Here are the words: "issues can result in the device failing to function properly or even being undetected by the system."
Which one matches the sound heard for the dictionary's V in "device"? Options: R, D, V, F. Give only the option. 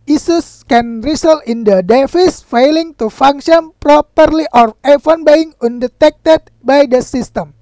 F